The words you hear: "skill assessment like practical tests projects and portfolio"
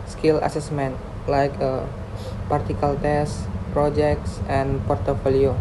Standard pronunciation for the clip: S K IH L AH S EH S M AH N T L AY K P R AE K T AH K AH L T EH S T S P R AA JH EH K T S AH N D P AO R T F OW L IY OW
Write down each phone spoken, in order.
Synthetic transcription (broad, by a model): S K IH L AH S EH S M AH N T L AY K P AA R T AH K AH L T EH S S P R AA JH EH K T S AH N P AO R T F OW L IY OW